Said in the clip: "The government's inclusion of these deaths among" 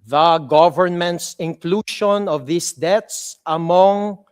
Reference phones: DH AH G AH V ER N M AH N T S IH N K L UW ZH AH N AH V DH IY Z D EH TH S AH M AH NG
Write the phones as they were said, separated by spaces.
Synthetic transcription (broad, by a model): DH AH G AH V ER N M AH N T S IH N K L UW SH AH N AH V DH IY S D EH T S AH M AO NG